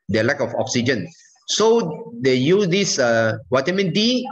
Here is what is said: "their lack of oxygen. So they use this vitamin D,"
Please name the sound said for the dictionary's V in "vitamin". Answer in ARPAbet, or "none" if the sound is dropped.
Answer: W